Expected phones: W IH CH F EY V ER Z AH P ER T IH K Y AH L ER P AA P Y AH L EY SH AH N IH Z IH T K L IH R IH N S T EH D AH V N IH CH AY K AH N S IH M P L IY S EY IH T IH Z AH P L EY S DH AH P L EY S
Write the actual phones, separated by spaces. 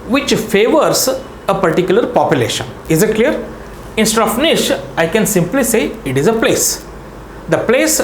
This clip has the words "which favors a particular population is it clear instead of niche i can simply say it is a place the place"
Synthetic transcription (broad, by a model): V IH CH F EY V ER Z AH P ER T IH K Y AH L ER P AA P Y AH L EY SH AH N IH Z IH T K L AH R IH N S T EH D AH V N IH SH AY K AH N S IH M P L IY S EY IH T IH Z AH P L EY S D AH P L EY S